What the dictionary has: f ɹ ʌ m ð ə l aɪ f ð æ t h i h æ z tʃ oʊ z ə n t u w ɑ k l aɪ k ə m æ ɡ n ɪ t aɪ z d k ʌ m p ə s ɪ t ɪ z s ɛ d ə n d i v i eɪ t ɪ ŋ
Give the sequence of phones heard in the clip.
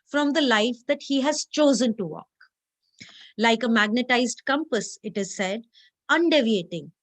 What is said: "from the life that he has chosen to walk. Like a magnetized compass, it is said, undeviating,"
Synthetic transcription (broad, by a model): f ɹ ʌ m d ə l aɪ f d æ t h i h æ z tʃ oʊ z ə n t u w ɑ k l aɪ k ə m æ ɡ n ɪ t aɪ z d k ʌ m p ə s ɪ t ɪ z s ɛ d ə n d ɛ v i eɪ t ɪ ŋ